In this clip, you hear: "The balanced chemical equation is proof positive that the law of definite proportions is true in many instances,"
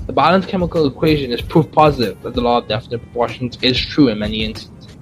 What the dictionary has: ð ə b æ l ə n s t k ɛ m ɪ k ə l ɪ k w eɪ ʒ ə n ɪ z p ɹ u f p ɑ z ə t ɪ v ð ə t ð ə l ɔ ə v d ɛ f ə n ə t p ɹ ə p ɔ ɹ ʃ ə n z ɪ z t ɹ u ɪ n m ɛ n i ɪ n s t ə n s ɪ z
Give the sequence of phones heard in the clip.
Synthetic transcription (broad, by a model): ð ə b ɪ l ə n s k ɛ m ɪ k ə l ɪ k w eɪ ʒ ə n ɪ z p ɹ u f p ɑ z ə t ɪ v ð ə t ð ə l ɔ ə v d ɛ f ə n ə t p ɹ ə p ɔ ɹ ʃ ə n z ɪ z t ɹ u ɪ n m ɛ n i ɪ n s t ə n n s